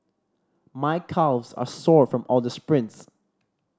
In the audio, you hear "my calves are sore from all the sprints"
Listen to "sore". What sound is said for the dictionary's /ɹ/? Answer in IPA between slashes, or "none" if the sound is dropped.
/ɹ/